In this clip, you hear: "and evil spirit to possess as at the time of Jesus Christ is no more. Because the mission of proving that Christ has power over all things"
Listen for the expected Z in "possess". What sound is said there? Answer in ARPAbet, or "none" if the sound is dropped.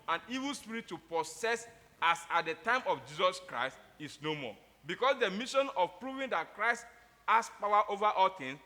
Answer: S